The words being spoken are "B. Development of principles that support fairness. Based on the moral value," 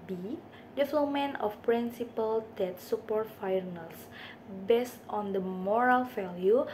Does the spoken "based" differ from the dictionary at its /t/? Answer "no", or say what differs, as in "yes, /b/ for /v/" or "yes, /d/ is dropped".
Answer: no